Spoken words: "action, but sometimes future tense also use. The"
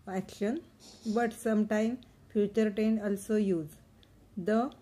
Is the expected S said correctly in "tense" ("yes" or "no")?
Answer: no